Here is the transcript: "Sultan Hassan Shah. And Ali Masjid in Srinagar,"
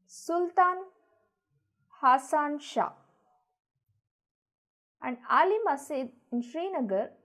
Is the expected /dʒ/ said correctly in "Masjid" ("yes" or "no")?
no